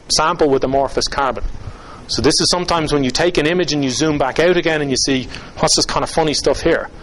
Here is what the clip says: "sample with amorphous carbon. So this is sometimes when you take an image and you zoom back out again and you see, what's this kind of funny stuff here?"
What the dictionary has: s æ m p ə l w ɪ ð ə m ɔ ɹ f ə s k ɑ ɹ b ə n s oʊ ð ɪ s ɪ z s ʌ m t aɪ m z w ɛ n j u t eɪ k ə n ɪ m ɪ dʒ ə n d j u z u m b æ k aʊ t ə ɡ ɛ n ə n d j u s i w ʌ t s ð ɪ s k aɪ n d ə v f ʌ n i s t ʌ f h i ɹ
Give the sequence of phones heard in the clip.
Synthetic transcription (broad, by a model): s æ m p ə l w ɪ ð ə m ɔ ɹ f ə s k ɑ ɹ b ə n s oʊ ð ɪ s ɪ z s ʌ m t aɪ m z w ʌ n j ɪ t eɪ k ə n ɪ m ɪ dʒ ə n j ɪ z u m b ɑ k aʊ t ə ɡ ɛ n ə n j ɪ s i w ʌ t s ð ɪ s k aɪ n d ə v f ʌ n i s t ʌ f h i ɹ